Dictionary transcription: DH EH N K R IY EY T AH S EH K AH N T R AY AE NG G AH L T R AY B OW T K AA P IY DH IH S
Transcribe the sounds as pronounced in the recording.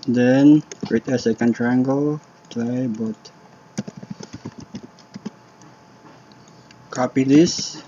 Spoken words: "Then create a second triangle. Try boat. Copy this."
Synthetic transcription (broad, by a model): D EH N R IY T AH S EH K AH N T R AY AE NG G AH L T L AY B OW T K AA P IY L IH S